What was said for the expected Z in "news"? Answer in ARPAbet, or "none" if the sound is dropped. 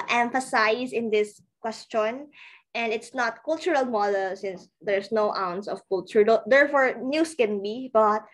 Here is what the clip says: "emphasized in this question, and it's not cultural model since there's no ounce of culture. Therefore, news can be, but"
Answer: S